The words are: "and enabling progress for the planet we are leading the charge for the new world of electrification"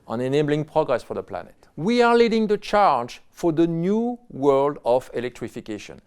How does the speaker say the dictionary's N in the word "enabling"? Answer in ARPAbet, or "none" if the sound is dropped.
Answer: N